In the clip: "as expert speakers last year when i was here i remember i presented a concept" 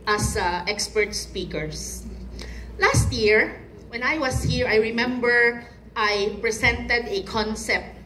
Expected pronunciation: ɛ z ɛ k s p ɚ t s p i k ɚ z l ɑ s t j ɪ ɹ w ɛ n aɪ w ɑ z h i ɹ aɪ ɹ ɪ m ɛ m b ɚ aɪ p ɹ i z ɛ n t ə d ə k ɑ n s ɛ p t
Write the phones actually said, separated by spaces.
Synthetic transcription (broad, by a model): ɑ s ɛ k s p ɚ t s p i k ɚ s l ɑ s t j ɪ ɹ w ɛ n aɪ w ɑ s h i ɹ aɪ ɹ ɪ m ɛ m b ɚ aɪ p ɹ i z ɛ n t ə d ə k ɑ n s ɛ p t